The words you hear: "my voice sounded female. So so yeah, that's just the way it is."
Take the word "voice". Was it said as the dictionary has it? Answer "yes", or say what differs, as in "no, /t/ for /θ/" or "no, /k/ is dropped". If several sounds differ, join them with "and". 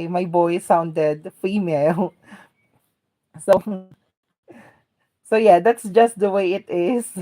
no, /b/ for /v/